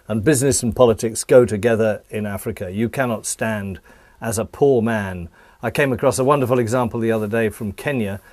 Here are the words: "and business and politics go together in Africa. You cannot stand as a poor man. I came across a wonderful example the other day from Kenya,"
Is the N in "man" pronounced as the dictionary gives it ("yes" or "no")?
yes